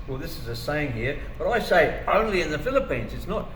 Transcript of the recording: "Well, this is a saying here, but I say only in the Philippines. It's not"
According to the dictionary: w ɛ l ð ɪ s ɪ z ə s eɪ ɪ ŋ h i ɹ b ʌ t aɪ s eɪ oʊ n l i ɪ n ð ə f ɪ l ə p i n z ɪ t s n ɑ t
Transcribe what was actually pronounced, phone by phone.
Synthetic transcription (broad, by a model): w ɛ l ð ɪ s ɪ z ə s eɪ ɪ ŋ h i ɹ b ʌ t aɪ s eɪ oʊ n l i ɪ n ð ə f ɪ l ə p i n z ɪ t s n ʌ t